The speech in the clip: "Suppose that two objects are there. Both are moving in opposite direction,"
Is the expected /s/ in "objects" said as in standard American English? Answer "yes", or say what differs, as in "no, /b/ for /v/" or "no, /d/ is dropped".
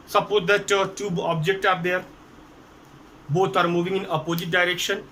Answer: no, /s/ is dropped